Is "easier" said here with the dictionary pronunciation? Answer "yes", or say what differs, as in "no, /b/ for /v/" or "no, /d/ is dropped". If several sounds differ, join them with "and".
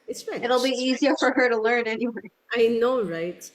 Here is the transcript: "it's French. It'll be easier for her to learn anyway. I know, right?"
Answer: yes